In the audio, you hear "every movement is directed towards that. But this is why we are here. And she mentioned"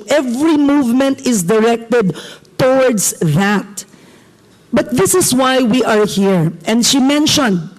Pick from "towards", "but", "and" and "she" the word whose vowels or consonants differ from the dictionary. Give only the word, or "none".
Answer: towards